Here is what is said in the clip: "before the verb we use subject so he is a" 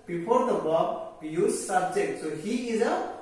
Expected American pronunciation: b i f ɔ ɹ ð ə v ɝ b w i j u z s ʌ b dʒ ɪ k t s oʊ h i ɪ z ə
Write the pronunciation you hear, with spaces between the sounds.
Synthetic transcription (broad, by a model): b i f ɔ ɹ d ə b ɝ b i j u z s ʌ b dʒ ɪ k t s oʊ h i ɪ z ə